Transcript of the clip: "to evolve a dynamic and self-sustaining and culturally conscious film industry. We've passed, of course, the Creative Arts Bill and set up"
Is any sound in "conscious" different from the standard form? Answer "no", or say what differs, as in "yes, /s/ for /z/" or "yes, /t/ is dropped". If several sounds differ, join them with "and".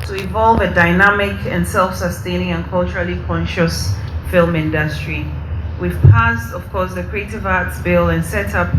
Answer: no